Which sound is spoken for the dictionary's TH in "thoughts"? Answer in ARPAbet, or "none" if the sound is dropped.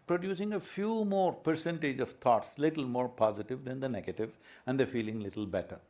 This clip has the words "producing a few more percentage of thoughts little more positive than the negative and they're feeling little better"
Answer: T